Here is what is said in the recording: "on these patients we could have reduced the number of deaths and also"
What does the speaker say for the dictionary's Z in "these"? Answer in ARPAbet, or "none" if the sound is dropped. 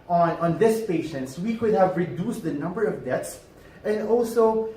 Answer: S